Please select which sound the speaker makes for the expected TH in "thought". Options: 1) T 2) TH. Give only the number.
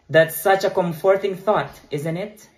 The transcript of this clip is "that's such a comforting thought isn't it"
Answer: 2